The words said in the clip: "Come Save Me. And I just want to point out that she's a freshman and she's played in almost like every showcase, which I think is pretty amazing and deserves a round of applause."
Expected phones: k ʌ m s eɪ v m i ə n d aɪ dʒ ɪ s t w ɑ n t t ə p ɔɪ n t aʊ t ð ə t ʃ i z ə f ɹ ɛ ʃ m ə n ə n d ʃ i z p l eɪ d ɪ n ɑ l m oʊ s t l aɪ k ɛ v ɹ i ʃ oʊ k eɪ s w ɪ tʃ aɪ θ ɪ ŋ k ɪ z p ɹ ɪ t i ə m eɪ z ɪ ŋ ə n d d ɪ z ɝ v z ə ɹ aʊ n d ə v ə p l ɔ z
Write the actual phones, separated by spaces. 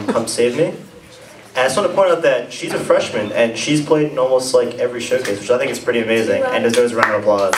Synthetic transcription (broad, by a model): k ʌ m s eɪ v m i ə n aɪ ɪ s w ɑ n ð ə p ɔɪ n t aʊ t ð ə t ʃ i z ə f ɹ ɛ ʃ m ə n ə n ʃ i z p l eɪ d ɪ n ɑ l m oʊ s t l aɪ k ɛ v ɹ i ʃ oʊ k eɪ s w ɪ tʃ aɪ θ ɪ ŋ k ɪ s p ɹ ɪ t i ə m eɪ z ɪ ŋ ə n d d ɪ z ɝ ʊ z ə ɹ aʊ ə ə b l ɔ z